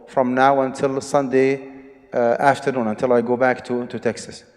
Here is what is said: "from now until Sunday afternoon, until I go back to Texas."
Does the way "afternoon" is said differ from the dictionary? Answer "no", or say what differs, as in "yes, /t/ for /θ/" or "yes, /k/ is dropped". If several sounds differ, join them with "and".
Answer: no